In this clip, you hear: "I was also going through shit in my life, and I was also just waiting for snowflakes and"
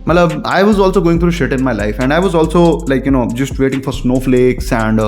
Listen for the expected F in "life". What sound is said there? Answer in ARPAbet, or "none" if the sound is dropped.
F